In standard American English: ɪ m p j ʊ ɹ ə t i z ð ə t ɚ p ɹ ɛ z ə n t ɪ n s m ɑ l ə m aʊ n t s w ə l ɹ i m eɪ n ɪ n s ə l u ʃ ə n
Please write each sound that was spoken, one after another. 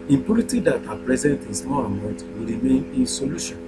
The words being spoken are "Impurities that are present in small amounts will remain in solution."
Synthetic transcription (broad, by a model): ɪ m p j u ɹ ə t i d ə t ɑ p ɹ ɛ z ə n t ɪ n s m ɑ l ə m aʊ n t w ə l ɹ i m eɪ n ɪ n s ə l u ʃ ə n